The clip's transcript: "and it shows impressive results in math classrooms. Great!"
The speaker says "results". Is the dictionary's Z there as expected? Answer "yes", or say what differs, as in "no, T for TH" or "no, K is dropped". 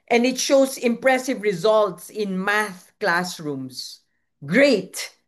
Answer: yes